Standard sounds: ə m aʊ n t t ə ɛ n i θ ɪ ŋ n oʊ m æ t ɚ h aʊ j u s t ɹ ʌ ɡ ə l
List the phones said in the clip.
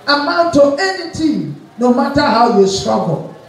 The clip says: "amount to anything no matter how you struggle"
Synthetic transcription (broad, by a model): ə m aʊ n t t ə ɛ n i t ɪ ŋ n oʊ m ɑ t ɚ h aʊ j u s t ɹ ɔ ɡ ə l